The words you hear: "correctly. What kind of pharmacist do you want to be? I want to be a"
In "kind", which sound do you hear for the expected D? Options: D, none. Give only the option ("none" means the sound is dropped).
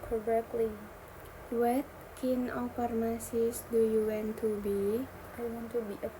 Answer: none